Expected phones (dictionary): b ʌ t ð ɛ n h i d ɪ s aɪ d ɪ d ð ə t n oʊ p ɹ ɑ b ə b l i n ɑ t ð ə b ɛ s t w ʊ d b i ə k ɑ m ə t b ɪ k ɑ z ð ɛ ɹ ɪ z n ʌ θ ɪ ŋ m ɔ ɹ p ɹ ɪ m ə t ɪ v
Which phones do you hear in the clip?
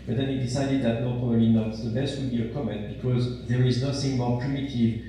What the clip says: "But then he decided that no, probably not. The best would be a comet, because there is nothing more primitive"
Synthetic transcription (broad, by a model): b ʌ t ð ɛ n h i d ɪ s aɪ d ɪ d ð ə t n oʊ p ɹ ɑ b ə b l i n ɑ t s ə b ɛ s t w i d b i ə k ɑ m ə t b ɪ k ɑ z ð ɛ ɹ ɪ z n ʌ θ ɪ ŋ m ɔ ɹ p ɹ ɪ m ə t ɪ v